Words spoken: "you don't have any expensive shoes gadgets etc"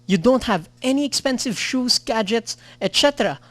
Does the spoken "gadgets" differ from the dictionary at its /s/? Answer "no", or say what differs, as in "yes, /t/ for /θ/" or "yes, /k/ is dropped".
no